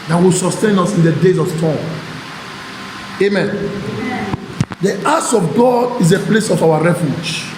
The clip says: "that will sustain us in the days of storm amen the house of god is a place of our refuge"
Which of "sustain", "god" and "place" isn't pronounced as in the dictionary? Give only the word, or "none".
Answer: none